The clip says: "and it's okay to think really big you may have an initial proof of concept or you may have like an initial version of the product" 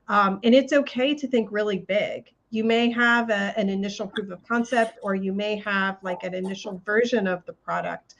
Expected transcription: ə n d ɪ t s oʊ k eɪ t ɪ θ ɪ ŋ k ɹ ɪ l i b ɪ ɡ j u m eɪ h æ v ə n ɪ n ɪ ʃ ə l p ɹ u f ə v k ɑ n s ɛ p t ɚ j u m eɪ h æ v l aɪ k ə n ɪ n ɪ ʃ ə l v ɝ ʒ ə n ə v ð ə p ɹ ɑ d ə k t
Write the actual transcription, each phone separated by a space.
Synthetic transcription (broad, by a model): ə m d ɪ t s oʊ k eɪ t ɪ θ ɪ ŋ k ɹ ɪ l i b ɪ ɡ j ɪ m eɪ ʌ v ə n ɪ n ɪ ʃ l p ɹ u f ə v k ɑ n s ɛ p t ɚ j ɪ m eɪ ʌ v l aɪ k ə n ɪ n ɪ ʃ l v ɝ ʒ ə n ə v ð ə p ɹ ɑ d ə k t